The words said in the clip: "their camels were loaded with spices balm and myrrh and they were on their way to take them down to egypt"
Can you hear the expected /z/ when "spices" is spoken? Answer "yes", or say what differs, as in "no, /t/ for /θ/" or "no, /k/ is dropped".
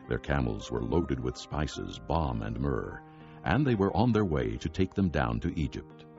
yes